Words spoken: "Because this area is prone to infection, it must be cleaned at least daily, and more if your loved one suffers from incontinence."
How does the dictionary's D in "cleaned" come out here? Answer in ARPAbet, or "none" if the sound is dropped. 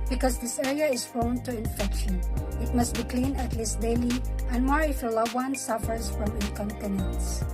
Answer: none